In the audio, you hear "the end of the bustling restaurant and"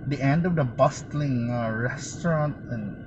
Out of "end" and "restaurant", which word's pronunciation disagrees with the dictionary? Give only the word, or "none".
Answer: none